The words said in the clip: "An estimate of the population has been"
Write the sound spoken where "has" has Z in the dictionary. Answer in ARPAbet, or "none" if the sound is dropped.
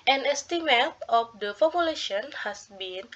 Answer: S